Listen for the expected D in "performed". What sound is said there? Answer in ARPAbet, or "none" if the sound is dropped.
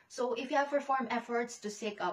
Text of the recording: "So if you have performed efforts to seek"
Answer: none